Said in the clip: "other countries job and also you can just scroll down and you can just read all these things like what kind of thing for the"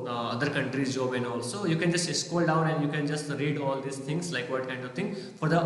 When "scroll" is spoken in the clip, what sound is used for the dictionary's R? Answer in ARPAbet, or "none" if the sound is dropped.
none